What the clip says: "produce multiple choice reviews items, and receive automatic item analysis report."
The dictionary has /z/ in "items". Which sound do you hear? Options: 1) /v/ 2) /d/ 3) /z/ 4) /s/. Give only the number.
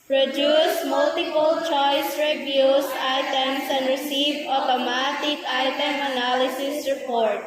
4